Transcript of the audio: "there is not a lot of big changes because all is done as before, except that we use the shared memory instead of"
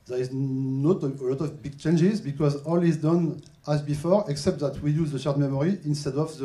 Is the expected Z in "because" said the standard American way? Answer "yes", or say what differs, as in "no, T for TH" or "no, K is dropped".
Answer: yes